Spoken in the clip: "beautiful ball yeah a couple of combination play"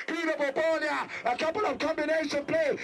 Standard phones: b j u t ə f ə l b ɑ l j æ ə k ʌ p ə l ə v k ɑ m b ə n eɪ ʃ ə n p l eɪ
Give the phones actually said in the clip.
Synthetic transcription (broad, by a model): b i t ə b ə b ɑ n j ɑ ə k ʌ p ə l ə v k ɑ m b ə n eɪ ʃ ə n p l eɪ